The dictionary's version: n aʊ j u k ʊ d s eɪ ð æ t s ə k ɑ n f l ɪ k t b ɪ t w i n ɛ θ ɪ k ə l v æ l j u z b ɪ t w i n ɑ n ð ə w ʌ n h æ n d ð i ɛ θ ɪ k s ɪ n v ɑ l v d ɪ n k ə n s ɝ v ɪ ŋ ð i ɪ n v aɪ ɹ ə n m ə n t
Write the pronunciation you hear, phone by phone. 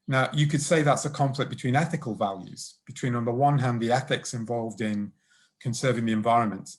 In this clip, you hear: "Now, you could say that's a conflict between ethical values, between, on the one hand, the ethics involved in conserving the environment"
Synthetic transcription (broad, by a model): n aʊ j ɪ k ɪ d s eɪ ð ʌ t s ə k ɑ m f l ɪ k b ɪ t w i n ɛ θ ɪ k ə l v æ l j u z b ɪ t w i n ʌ n ð ə w ʌ n h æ n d ð i ɛ θ ɪ k s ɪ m v ɑ l v d ɪ n k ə n s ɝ v ɪ ŋ ð i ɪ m v aɪ ɹ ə n m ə n t